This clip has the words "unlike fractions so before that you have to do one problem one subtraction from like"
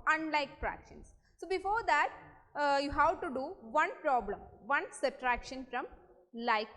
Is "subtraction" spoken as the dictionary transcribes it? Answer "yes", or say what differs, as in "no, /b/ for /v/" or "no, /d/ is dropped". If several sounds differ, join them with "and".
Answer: no, /b/ is dropped